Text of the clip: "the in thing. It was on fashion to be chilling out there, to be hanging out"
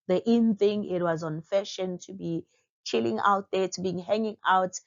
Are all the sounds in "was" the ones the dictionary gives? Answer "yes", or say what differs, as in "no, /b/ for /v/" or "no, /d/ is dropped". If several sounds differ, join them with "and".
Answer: yes